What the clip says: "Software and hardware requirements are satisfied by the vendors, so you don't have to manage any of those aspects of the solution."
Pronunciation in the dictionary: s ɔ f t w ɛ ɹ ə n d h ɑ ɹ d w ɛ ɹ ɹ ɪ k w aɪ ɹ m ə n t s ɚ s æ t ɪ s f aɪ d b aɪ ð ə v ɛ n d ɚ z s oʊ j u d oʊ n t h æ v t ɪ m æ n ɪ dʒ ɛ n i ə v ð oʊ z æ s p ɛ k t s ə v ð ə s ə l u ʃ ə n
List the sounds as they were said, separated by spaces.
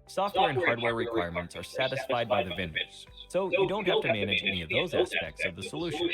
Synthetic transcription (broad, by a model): s ɔ f t w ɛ ɹ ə n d h ɑ ɹ d w ɛ ɹ ɹ ɪ k w aɪ ɹ m ə n t s ɚ s æ t ɪ s f aɪ d b aɪ ð ə v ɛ n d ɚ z s oʊ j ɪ d oʊ n t h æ f t ɪ m æ n ɪ dʒ ɛ n i ə v ð oʊ z æ s p ɛ k t s ə v ð ə s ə l u ʃ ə n